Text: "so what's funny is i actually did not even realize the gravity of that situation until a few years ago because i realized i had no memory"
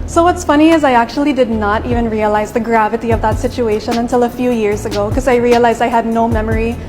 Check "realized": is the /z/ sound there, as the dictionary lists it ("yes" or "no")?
yes